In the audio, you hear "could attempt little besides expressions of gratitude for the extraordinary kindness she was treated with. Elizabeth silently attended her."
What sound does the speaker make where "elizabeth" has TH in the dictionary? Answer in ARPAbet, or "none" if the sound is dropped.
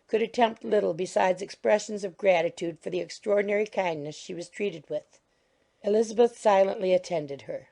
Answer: TH